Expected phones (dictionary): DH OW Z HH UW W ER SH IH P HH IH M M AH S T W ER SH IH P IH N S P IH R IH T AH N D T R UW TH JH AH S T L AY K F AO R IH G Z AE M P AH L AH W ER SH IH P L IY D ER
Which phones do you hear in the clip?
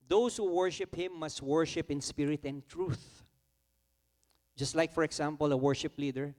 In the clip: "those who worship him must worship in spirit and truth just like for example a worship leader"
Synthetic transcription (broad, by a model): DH OW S HH UW W ER SH IH P HH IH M M AH S T W ER SH IH P IH N S P IH R IH T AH N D T R UW TH JH AH S T L AY K F AO R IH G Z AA M P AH L AH W ER SH IH P L IY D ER